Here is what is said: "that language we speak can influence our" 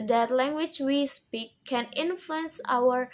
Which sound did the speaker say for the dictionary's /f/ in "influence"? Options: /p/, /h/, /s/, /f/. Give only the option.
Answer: /f/